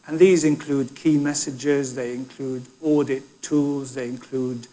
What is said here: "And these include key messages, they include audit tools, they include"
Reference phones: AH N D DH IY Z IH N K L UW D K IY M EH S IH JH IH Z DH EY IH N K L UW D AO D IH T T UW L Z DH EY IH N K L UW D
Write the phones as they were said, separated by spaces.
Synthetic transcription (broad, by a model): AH N DH IY Z IH N K L UW D K IY M EH S IH JH IH Z DH EY IH N K L UW D AO D IH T T UW L Z DH EY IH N K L UW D